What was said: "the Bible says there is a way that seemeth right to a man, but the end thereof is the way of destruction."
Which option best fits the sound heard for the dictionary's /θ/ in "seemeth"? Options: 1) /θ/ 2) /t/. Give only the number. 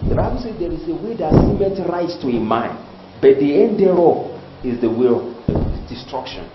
2